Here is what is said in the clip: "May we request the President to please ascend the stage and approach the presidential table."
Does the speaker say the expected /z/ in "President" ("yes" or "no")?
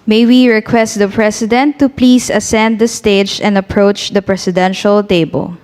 no